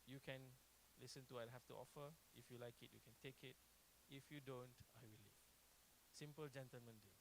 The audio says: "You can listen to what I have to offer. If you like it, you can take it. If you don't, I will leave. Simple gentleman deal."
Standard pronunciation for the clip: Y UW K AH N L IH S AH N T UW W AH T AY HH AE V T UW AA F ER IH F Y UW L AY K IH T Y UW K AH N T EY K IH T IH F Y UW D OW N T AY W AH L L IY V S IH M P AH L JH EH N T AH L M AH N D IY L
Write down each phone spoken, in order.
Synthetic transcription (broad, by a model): Y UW K AH N L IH S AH N T UW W AY HH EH F T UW AA F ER IH F Y UW L AY K IH T Y UW K AH N T EY K IH T IH F Y UW D OW N T AY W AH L L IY S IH M P AH L JH EH N T AH L M AH N D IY